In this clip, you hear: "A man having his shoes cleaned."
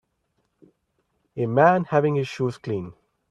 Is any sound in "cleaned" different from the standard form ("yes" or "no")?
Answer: yes